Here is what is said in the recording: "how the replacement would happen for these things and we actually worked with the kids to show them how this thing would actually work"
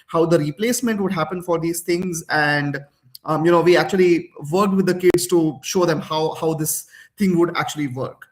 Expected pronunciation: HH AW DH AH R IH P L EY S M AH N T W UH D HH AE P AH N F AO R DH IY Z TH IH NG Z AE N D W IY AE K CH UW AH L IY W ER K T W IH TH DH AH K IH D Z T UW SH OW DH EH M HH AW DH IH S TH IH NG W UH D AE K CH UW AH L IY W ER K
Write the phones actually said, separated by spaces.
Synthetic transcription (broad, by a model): HH AW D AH R IH P L EY S M AH N T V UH D HH AE P AH N F AO R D IY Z T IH NG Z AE N D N IY AE K CH UW AH L IY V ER K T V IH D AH K IH D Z T UW SH OW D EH M HH AW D IH S T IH NG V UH D AE K CH UW AH L IY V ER K